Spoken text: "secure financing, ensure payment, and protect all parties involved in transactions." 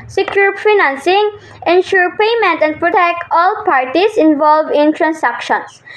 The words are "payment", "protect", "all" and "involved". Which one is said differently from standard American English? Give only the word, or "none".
involved